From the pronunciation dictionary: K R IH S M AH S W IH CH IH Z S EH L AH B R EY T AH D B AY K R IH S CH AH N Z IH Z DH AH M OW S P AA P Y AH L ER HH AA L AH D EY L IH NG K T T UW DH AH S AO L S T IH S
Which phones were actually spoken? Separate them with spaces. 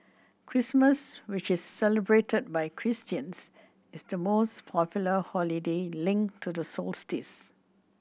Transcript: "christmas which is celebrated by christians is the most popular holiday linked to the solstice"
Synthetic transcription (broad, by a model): K R IH S M AH S W IH CH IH S EH L AH B R EY T AH D B AY K R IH S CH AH N S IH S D AH M OW S P AA P Y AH L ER HH AA L AH D EY L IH NG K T T UW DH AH S AO L S T IH S